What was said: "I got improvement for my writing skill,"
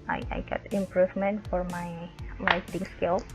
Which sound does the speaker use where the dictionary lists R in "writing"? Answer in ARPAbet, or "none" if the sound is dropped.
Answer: L